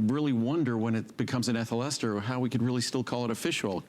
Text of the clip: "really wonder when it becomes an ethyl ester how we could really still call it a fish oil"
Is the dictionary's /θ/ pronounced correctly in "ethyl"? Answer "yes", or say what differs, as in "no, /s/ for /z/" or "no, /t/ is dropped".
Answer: yes